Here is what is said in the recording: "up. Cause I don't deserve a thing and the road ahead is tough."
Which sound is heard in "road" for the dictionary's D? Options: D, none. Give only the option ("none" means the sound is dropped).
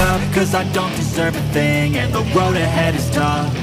none